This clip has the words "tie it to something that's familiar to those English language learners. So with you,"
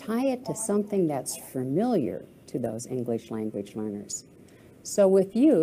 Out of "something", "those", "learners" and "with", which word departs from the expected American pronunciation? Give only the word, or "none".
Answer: none